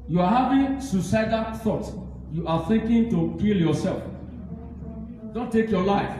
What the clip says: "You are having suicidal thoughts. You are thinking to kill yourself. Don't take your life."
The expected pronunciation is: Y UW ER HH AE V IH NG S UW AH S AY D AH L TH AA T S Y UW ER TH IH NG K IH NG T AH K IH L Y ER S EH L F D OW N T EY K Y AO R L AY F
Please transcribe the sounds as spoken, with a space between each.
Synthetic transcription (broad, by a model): Y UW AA HH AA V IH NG S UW S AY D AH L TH AA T Y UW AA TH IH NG K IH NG T AH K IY L Y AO S EH L F D OW N T EY K Y AO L AY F